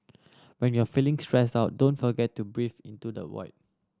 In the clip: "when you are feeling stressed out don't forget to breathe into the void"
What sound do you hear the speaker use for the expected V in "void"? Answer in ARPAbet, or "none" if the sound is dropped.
W